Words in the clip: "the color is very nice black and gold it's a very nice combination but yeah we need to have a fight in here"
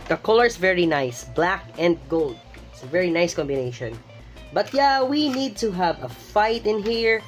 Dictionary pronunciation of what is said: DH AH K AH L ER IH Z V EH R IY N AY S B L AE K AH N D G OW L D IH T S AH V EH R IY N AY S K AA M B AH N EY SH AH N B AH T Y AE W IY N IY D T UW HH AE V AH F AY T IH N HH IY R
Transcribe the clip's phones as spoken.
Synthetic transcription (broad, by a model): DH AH K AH L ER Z V EH R IY N AY S B L AE K AH N D G OW L D IH T S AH V EH R IY N AY S K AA M B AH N EY SH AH N B AH T Y AE W IY N IY D T UW HH AE V AH F AY T IH N HH IY R